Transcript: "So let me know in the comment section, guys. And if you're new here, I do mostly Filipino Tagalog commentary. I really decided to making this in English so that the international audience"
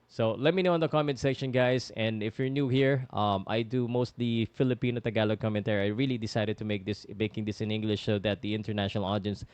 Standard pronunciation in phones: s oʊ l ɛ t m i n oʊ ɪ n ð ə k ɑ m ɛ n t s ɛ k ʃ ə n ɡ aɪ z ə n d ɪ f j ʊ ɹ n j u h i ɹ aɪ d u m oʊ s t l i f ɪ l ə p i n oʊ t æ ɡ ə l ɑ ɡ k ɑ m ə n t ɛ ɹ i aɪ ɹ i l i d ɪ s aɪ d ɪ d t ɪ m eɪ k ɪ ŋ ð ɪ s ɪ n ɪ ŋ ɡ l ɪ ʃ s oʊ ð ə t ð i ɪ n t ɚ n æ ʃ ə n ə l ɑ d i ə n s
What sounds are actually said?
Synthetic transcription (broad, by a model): s oʊ l ɛ t m i n oʊ ɪ n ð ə k ɑ m ɛ n t s ɛ k ʃ ə n ɡ aɪ s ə n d ɪ f j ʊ ɹ n j u h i ɹ aɪ d u m oʊ s t l i f ɪ l ə p i n oʊ t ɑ ɡ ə l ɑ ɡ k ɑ m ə n t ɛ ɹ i aɪ ɹ i l i d ɪ s aɪ d ɪ d t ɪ m eɪ k ɪ ŋ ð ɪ s ɪ n ɪ ŋ ɡ l ɪ ʃ s oʊ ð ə t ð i ɪ n t ɚ n æ ʃ ə n ə l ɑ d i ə n s